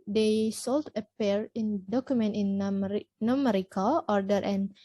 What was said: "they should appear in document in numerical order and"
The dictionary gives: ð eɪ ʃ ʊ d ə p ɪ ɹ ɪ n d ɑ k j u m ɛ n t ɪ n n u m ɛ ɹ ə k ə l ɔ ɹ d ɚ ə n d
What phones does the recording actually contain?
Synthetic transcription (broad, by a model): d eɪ s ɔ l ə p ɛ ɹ ɪ n d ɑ k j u m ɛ n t ɪ n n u m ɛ ɹ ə k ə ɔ ɹ d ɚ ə n